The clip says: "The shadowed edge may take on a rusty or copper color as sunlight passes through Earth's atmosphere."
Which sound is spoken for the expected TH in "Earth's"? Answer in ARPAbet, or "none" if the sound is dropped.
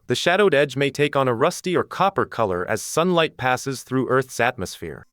TH